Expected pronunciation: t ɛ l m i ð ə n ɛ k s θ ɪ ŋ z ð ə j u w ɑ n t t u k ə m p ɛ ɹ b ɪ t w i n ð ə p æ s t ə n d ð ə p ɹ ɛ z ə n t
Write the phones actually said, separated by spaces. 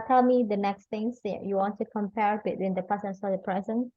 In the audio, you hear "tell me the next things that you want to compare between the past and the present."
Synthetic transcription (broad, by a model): t ɛ l m i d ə n ɛ k s t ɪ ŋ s j u w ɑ n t t u k ə m p ɛ ɹ b ɪ t w i n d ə p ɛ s ə n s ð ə p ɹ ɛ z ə n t